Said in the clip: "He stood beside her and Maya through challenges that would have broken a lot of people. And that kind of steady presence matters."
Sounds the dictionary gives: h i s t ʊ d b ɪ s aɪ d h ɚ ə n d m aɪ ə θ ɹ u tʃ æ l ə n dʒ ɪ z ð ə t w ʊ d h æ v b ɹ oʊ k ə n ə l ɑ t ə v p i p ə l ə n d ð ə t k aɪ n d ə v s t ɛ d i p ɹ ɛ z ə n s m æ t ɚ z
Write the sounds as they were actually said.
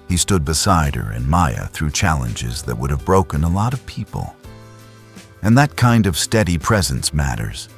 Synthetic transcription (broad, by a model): h i s t ʊ d b ɪ s aɪ d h ɚ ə n m aɪ ə θ ɹ u tʃ æ l ə n dʒ ɪ z ð ə t w ʊ d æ v b ɹ oʊ k ə n ə l ɑ t ə v p i p ə l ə n ð ə t k aɪ n d ə v s t ɛ d i p ɹ ɛ z ə n s m æ t ɚ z